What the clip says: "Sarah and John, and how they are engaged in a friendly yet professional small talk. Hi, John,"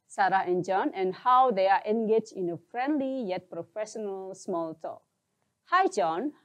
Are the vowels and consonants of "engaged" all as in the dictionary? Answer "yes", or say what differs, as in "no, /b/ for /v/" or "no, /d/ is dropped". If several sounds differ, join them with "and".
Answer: no, /d/ is dropped